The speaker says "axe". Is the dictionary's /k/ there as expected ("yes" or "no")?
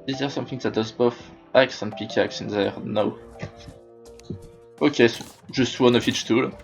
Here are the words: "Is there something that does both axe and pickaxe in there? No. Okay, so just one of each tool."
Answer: yes